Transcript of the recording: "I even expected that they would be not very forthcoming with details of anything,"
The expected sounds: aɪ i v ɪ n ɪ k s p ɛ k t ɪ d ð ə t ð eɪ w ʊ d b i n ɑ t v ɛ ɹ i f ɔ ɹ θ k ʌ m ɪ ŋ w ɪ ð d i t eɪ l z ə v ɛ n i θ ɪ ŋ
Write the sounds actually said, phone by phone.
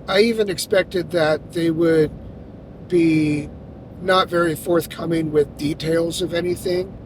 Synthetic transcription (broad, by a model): aɪ i v ɪ n ɪ k s p ɛ k t ɪ d ð ə t ð eɪ w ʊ d b i n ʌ t v ɛ ɹ i f ɔ ɹ θ k ʌ m ɪ ŋ w ɪ ð d i t eɪ l z ə v ɛ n i θ ɪ ŋ